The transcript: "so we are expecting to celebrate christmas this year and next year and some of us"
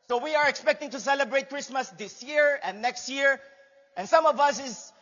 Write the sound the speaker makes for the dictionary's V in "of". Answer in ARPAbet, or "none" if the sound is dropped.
V